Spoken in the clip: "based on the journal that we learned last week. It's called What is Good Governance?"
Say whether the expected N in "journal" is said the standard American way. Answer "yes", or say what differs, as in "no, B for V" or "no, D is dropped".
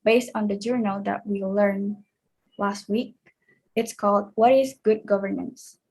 yes